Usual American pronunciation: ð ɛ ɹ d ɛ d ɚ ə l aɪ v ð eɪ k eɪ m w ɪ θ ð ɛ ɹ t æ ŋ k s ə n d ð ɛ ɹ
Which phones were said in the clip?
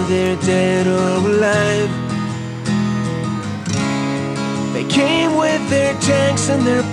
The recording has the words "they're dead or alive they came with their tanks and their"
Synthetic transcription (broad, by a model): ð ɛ ɹ d ɛ d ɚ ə l aɪ f ð eɪ k eɪ m w ɪ ð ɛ ɹ t æ ŋ k s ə n ð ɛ ɹ